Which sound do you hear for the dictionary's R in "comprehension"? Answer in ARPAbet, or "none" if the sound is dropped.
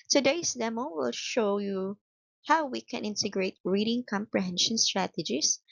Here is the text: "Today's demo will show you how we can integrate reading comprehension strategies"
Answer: R